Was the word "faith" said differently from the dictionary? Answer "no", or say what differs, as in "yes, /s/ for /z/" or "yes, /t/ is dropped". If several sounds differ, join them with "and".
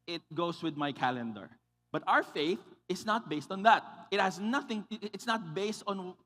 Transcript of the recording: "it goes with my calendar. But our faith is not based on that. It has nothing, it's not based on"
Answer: no